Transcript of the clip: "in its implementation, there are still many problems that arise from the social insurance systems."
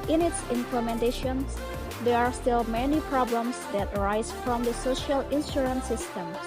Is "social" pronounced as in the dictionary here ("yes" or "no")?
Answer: yes